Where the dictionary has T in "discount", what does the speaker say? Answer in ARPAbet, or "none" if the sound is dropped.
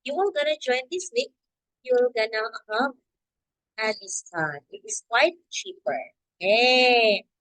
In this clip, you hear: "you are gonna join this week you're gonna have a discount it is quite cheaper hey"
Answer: none